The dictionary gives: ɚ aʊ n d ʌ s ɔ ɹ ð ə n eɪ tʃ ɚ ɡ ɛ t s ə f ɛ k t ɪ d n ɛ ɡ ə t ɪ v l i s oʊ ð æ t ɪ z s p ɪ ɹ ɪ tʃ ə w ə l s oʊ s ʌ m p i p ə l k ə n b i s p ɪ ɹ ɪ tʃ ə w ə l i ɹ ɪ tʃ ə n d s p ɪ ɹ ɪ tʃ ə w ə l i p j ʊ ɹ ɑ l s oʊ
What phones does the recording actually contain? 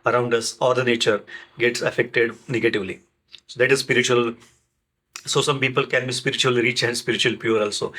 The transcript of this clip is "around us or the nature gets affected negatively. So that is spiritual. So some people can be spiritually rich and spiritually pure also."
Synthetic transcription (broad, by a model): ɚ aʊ n d ʌ s ɔ ɹ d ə n eɪ tʃ ɚ ɡ ɛ t s ə f ɛ k t ɪ d n ɛ ɡ ə t ɪ v l i s oʊ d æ t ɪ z s p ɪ ɹ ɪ tʃ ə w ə l s oʊ s ʌ m p i p ə l k ə n b i s p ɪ ɹ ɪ tʃ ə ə l i ɹ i tʃ ə n d s p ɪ ɹ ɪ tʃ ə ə l p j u ɹ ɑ l s oʊ